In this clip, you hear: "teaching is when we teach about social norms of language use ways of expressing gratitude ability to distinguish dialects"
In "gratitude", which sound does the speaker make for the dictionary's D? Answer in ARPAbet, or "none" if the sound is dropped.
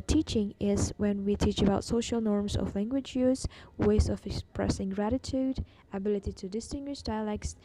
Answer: D